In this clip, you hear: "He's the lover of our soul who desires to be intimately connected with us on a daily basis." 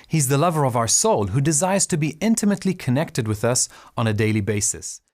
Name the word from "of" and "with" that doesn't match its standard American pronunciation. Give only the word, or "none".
none